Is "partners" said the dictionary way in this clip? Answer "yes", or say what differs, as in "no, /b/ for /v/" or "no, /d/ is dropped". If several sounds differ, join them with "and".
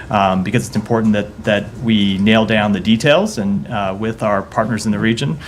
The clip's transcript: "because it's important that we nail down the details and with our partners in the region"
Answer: yes